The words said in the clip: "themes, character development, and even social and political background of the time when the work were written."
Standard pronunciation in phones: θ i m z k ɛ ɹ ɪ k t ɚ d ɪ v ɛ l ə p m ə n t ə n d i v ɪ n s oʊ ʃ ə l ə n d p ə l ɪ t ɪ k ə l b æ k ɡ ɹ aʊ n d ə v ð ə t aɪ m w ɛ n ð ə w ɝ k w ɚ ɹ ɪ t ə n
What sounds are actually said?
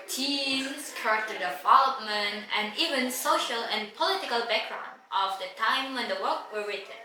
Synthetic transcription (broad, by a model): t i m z k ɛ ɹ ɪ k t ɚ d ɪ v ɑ l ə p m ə n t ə n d i v ɪ n s oʊ ʃ ə l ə n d p ə l ɪ t ɪ k ə l b æ k ɡ ɹ aʊ n d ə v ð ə t aɪ m w ɛ n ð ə w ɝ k w ɚ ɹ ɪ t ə n